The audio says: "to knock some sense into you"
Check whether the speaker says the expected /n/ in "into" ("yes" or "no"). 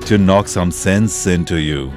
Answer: yes